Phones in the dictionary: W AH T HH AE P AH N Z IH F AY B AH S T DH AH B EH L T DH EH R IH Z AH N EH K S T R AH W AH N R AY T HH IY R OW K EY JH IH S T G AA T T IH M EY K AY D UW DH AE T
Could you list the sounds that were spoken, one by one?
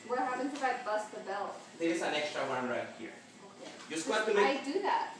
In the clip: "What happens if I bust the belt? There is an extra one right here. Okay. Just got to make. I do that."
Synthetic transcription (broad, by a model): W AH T HH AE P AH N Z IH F AY B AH S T DH AH B EH L T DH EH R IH S AH N EH K S T R AH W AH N R AY T HH IY R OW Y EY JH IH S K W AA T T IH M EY AY D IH DH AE T